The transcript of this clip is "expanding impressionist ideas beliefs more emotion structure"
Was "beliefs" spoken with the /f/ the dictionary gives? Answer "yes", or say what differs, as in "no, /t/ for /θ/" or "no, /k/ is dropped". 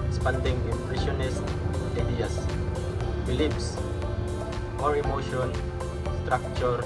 no, /p/ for /f/